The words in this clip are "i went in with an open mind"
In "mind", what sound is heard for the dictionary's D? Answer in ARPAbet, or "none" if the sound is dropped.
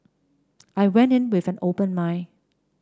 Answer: none